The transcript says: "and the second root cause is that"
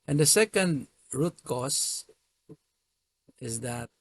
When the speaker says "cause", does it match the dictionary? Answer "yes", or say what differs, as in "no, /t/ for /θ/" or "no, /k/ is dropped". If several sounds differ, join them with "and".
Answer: no, /s/ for /z/